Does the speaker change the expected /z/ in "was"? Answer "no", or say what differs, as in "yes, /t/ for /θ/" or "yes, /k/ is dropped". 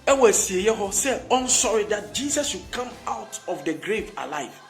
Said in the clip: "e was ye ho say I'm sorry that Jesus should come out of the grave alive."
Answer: yes, /s/ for /z/